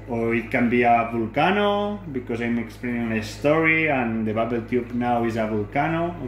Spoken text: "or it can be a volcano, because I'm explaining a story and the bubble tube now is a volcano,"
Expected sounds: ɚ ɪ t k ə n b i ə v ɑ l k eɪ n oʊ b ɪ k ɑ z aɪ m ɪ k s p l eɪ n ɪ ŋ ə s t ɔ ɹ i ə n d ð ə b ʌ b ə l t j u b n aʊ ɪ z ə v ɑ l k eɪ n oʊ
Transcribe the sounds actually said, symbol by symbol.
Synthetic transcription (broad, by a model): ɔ ɪ t k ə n b i ə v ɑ l k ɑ n oʊ b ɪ k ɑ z aɪ m ɪ k s p l eɪ n ɪ ŋ ə s t ɔ ɹ i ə n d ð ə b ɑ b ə l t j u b n aʊ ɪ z ə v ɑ l k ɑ n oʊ